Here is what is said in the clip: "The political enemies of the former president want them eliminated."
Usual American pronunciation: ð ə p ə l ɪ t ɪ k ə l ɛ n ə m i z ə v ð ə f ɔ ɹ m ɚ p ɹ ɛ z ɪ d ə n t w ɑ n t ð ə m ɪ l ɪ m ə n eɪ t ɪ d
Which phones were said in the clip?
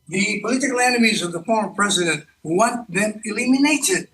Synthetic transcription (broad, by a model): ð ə p ə l ɪ t ɪ k ə l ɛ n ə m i z ə v ð ə f ɔ ɹ m ɚ p ɹ ɛ z ɪ d ə n t w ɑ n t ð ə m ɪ l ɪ m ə n eɪ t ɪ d